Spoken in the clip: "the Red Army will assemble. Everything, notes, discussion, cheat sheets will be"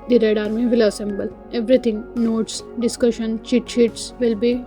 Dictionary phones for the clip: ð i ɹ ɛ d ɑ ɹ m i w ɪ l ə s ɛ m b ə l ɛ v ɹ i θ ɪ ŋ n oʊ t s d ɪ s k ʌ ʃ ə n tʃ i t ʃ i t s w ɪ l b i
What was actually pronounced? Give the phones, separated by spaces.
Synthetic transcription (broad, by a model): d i ɹ ɛ d ɑ ɹ m i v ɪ l ə s ɛ m b ə l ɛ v ɹ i t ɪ ŋ n oʊ t s d ɪ s k ʌ ʃ ə n tʃ i t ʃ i t s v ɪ l b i